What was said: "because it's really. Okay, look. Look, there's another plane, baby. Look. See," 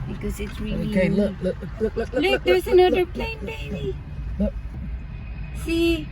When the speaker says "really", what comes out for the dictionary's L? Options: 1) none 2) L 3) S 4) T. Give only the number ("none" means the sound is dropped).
1